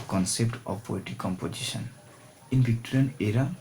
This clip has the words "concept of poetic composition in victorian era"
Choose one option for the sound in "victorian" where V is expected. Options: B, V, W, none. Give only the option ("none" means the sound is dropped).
B